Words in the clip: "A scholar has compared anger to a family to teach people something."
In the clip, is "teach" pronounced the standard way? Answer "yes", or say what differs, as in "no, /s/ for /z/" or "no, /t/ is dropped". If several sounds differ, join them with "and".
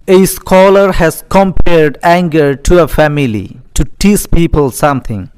no, /s/ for /tʃ/